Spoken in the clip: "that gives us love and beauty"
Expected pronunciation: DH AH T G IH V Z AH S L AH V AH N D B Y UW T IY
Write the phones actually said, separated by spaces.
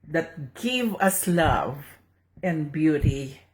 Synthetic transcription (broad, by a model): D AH T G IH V AH S L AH V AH N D B Y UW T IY